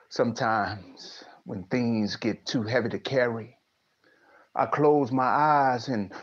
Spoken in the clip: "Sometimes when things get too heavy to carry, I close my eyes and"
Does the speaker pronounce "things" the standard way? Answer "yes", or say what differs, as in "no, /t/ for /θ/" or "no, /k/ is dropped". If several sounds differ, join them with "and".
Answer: yes